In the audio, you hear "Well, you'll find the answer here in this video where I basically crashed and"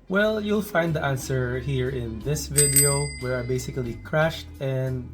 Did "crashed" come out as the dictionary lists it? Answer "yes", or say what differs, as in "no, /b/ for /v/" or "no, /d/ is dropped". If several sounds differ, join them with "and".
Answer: yes